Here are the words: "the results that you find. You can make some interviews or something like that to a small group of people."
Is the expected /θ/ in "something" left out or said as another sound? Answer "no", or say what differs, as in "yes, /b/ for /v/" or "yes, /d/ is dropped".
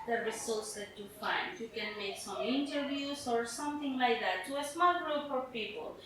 yes, /t/ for /θ/